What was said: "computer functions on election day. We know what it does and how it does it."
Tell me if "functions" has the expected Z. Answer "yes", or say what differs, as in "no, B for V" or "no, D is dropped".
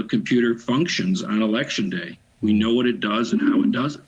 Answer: yes